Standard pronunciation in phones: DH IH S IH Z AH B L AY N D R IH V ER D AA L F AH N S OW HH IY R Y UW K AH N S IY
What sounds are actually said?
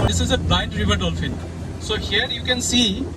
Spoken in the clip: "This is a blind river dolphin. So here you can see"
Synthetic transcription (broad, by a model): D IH S IH Z AH B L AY N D R IH V ER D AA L F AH L S OW HH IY R Y UW K AH N S IY